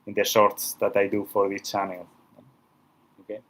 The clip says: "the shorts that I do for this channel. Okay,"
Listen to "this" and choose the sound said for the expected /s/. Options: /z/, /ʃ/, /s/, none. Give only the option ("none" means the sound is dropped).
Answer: none